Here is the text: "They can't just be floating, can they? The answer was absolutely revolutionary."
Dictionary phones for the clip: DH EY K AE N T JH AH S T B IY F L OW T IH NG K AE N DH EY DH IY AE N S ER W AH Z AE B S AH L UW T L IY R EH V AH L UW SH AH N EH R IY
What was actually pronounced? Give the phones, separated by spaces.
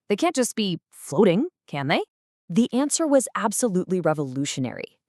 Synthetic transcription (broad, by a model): DH EY K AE N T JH AH S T B IY F L OW T IH NG K AE N DH EY DH IY AE N S ER W AH Z AE B S AH L UW T L IY R EH V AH L UW SH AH N EH R IY